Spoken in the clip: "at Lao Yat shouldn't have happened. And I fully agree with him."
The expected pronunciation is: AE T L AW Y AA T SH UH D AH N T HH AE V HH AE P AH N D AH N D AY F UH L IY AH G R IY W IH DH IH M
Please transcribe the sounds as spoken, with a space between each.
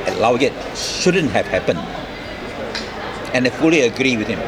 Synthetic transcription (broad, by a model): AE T L AW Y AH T SH UH D AH N T HH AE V HH AE P AH N D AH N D AY F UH L IY AH G R IY W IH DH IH M